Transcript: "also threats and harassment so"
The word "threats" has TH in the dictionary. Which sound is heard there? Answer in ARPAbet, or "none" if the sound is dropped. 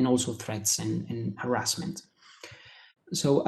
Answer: TH